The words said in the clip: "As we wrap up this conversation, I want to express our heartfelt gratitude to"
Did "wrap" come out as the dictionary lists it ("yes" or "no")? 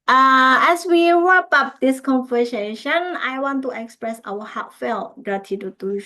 no